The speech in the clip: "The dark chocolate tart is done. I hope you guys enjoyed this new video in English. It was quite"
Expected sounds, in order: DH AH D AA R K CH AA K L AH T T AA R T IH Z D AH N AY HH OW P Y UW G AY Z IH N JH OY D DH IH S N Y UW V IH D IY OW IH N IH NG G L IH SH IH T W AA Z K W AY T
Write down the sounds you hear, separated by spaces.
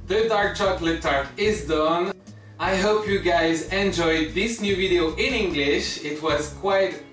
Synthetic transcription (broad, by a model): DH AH D AA R K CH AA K L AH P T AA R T IH Z D AH N AY HH OW P Y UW G AY Z IH N JH OY D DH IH S N Y UW V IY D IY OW IH N IH NG G L IH SH IH T W AA Z K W AY T